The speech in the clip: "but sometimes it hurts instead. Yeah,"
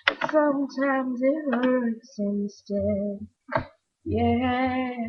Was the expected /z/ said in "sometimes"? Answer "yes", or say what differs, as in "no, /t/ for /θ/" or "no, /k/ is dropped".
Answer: yes